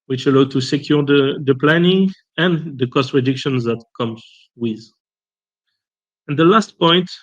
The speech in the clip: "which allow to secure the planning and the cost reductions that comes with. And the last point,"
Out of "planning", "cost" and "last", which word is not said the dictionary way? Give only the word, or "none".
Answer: none